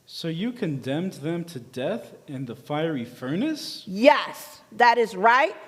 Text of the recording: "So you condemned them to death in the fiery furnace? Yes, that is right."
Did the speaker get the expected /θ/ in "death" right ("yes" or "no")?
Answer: yes